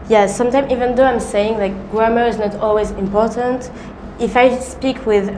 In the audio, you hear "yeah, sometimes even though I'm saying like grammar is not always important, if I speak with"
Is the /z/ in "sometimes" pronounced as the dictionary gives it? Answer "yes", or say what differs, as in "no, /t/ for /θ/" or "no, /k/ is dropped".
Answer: no, /z/ is dropped